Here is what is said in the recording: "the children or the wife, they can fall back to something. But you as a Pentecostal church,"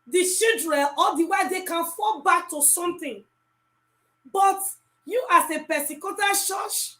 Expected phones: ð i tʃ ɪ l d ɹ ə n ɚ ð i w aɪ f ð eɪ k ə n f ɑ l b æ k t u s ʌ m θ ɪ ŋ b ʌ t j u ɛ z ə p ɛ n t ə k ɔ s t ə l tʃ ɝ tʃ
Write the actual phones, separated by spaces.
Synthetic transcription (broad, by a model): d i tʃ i l d ɹ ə n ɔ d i w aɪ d eɪ k ə n f ɑ l b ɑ k t u s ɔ m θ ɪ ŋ b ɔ t j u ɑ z ə p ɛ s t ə k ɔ t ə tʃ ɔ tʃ